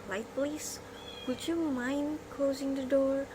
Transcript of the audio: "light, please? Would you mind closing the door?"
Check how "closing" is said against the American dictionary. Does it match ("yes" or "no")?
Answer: yes